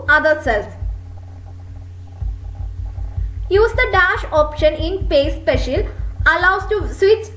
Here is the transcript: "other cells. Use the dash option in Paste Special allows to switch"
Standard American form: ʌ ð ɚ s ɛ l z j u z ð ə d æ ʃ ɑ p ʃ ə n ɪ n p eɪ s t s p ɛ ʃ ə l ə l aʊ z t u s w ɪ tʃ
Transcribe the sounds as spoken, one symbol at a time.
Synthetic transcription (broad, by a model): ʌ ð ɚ s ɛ l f j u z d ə d æ ʃ ɑ p ʃ ə n ɪ n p eɪ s s p ɛ ʃ ə l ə l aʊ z t u s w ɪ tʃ